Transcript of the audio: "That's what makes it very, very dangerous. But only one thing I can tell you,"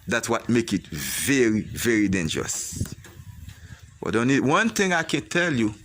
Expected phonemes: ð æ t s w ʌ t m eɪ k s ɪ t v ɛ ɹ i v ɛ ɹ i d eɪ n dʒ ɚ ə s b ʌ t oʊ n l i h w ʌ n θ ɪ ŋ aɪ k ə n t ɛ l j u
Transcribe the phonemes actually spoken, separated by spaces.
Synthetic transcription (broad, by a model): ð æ t s w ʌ t m eɪ k ɪ t v ɛ ɹ i v ɛ ɹ i d eɪ n dʒ ɚ ə s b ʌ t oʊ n i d w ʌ n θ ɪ ŋ aɪ k ə n t ɛ l j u